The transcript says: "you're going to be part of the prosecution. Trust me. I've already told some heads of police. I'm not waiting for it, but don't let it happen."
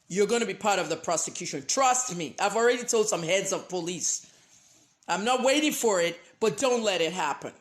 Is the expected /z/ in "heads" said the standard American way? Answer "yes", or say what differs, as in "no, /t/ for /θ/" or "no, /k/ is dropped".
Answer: yes